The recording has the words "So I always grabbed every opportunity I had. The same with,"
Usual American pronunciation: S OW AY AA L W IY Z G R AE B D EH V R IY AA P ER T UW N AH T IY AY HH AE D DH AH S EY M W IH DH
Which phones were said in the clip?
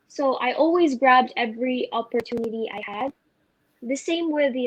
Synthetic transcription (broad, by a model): S OW AY AA L W IY Z G R AE B D EH V R IY AA P ER T UW N AH T IY AY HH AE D DH AH S EY M W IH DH